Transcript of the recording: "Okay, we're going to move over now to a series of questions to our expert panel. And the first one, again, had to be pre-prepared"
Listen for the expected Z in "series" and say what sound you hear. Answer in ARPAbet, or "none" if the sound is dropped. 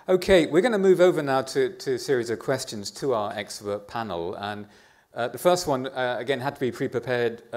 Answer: Z